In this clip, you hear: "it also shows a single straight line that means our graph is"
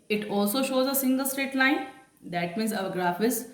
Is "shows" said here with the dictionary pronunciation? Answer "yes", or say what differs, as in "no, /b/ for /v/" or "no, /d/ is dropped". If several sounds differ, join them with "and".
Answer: yes